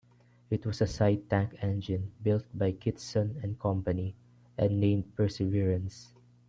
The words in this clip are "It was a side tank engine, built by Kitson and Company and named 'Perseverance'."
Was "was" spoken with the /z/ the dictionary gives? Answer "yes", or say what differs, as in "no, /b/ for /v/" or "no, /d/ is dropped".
no, /s/ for /z/